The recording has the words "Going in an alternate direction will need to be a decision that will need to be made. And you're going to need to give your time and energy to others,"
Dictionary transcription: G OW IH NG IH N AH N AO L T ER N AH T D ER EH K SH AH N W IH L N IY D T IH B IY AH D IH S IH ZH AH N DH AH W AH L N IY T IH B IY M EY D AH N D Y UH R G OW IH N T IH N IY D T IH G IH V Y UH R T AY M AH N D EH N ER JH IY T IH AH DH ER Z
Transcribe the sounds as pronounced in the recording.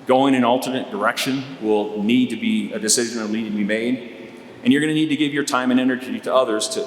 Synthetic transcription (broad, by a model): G OW IH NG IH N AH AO L T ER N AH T D ER EH K SH AH N W IH L N IY D T IH B IY AH D IH S IH ZH AH N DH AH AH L IY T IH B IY M EY D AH N Y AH R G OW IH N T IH N IY D T IH G IH V Y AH R T AY M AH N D EH N ER JH IY T IH AH DH ER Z